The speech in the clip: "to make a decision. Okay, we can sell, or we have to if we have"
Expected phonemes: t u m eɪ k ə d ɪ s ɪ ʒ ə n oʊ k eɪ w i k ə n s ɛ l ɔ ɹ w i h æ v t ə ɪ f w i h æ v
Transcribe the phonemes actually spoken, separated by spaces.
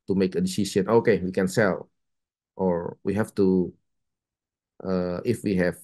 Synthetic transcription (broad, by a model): t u m eɪ k ə d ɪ s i s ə n oʊ k eɪ w i k ə n s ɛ l ɔ ɹ w i h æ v t ə ɪ f w i h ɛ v